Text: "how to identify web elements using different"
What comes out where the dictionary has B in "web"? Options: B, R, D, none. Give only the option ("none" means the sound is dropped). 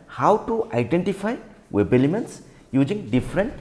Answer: B